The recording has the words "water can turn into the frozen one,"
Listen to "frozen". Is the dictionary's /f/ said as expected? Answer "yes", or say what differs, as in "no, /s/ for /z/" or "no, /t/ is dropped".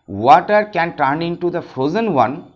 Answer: yes